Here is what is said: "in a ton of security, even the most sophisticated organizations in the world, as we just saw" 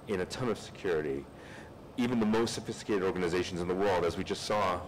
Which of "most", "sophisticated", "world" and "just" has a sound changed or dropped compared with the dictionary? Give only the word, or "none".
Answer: none